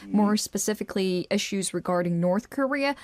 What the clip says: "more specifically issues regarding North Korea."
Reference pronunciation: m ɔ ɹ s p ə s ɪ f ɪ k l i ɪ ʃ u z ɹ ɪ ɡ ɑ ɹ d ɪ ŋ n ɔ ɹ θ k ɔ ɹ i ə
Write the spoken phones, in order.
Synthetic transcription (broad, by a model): m ɔ ɹ s p ə s ɪ f ɪ k l i ɪ ʃ u z ɹ ɪ ɡ ɑ ɹ d ɪ ŋ n ɔ ɹ θ k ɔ ɹ i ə